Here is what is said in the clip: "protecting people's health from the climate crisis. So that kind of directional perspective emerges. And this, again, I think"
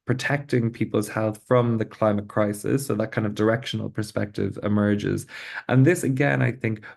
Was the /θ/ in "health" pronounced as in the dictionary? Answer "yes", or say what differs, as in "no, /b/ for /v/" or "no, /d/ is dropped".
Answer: yes